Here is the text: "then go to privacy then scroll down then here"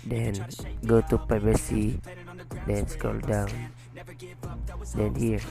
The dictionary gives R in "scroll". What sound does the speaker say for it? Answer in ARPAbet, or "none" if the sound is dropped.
none